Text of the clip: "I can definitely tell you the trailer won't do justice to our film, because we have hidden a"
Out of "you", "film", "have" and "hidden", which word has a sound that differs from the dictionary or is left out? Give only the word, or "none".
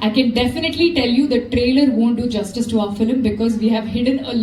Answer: none